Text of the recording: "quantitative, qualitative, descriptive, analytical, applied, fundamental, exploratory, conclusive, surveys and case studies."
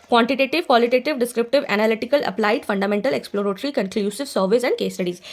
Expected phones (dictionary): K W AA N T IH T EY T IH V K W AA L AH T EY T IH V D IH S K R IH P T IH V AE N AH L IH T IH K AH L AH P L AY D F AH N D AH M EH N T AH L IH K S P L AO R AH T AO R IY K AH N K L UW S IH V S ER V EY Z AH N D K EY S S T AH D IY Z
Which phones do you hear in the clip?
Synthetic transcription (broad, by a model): K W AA N T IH T EY T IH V K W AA L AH T EY T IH V D IH S K R IH P T IH V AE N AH L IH T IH K AH L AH P L AY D F AH N D AH M EH N T AH L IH K S P L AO R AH T R IY K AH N K L UW S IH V S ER V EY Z AH N D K EY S S T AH D IY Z